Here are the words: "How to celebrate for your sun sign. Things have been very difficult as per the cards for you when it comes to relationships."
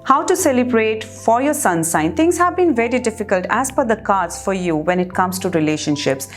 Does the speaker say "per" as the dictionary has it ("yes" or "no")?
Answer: no